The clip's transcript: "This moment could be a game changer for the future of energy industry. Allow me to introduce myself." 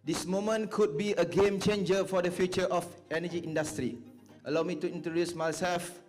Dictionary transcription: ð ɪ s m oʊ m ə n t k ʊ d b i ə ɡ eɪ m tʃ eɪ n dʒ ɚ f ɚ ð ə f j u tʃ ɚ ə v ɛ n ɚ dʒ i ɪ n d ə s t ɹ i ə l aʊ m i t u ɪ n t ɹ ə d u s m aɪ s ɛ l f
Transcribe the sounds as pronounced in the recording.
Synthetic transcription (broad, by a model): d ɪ s m oʊ m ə n k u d b i ə ɡ eɪ m tʃ eɪ n dʒ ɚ f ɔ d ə f j u tʃ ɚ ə f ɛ n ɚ dʒ i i n d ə s t ɹ i ə l aʊ m i t u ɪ n t ə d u s m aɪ s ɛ l f